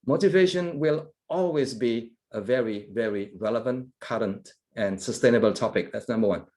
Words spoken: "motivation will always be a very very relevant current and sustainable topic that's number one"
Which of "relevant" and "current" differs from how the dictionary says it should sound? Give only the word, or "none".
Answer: none